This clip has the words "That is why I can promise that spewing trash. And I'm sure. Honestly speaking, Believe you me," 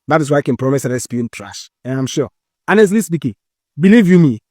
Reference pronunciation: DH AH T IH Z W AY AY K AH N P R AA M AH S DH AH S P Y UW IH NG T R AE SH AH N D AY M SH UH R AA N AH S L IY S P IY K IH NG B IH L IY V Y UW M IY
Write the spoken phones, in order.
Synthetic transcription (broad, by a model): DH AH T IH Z W AY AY K AH N P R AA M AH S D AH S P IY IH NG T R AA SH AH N AY M SH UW AA N AH S L IY S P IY K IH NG B IH L IY V Y UW M IY